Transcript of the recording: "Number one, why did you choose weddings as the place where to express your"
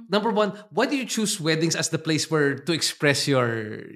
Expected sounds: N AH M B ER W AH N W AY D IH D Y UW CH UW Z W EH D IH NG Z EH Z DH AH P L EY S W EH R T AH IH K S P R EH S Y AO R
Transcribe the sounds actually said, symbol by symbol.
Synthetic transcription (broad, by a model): N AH M B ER W AH N W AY D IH Y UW CH UW S W EH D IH NG S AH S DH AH P L EY S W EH R T AH IH K S P R EH S Y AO R